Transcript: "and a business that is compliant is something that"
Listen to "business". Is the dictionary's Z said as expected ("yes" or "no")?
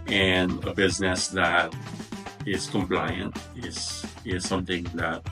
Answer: yes